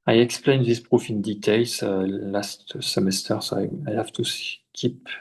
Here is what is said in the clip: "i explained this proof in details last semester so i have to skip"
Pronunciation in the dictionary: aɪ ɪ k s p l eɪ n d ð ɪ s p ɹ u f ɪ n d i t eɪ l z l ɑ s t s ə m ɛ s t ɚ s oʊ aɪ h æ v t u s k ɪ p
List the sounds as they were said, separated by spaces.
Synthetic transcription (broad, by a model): aɪ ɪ k s p l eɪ n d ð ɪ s p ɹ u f ɪ n d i t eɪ l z l ɑ s t s ə m ɛ s t ɚ s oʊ aɪ h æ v t u s k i p